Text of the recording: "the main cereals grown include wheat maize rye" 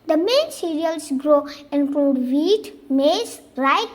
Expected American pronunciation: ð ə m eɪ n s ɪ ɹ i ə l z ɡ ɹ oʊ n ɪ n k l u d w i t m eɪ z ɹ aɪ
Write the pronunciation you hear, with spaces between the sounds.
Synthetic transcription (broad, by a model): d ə m eɪ n s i ɹ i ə l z ɡ ɹ oʊ ɪ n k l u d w i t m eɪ s ɹ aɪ